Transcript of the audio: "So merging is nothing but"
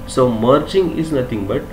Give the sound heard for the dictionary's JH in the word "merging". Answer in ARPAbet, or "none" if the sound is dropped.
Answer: CH